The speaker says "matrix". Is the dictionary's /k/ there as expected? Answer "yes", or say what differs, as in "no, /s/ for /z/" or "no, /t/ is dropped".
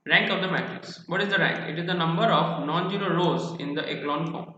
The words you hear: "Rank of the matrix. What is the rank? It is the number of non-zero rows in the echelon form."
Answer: no, /k/ is dropped